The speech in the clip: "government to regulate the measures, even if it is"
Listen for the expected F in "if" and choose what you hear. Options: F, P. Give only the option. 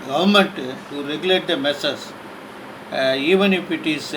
P